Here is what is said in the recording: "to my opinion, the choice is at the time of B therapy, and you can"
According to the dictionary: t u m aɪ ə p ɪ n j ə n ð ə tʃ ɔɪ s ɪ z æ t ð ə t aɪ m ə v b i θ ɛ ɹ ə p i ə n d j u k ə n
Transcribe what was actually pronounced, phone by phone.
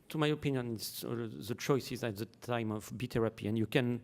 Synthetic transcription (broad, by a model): t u m aɪ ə p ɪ n j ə n ð ə tʃ ɔɪ s ɪ z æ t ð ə t aɪ m ə v b i t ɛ ɹ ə p i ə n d j u k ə n